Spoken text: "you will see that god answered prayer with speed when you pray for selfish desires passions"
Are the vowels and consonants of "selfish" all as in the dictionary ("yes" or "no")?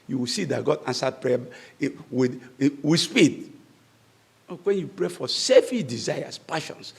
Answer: no